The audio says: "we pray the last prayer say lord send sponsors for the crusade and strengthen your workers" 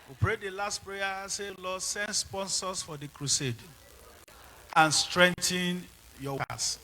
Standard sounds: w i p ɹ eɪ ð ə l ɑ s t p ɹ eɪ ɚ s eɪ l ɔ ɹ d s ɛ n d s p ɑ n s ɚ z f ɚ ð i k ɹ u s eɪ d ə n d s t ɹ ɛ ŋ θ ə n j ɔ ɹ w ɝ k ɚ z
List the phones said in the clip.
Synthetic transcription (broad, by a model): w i p ɹ eɪ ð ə l ɑ s t p ɹ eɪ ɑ s eɪ l ɔ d s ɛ n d s p ɑ n s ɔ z f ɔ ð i k ɹ u s eɪ d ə n s t ɹ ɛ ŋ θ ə n j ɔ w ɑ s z